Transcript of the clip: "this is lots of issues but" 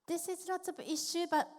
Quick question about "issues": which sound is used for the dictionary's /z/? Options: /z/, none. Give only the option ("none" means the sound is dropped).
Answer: none